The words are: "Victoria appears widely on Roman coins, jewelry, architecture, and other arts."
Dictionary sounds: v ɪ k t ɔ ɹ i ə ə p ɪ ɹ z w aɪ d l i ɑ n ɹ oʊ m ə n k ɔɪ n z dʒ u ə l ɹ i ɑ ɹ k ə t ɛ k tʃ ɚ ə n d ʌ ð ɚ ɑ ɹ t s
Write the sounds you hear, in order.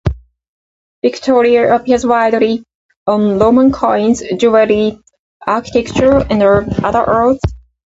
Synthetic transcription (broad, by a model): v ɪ k t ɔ ɹ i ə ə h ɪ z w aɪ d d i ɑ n l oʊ m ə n k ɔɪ n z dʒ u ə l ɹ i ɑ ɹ k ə t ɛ k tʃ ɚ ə n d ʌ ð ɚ ɹ t θ